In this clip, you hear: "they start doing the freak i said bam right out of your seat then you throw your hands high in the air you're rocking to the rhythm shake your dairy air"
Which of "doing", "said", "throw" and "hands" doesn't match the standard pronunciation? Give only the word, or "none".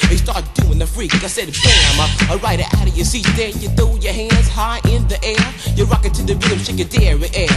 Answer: throw